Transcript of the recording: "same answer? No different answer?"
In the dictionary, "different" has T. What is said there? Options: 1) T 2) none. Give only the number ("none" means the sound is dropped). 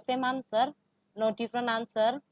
2